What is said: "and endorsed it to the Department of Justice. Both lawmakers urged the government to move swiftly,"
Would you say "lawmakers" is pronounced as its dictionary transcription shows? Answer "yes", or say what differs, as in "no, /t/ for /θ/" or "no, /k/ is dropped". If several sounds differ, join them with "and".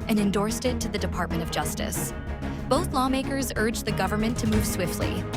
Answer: yes